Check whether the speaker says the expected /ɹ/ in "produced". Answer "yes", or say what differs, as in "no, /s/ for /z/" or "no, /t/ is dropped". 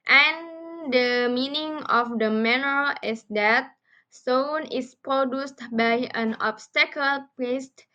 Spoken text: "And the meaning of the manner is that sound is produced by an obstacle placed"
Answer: yes